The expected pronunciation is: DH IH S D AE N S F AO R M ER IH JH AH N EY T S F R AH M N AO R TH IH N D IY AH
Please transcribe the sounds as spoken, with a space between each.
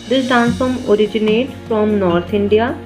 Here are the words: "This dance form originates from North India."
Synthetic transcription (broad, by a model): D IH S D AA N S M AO R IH JH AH N EY T F R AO M N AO R T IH N D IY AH